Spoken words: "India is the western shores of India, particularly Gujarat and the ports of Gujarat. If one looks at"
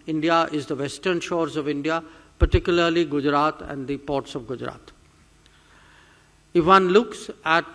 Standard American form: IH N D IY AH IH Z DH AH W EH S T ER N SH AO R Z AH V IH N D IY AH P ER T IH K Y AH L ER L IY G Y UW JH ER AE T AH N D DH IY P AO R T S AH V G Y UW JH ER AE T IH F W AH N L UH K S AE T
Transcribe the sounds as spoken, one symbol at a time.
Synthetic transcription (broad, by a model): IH N D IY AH IH Z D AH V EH S T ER N SH AO R Z AH V IH N D IY AH P ER T IH K Y AH L ER L IY G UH JH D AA T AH N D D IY P AO R T S AH V G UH JH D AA T IH F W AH N L UH K S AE T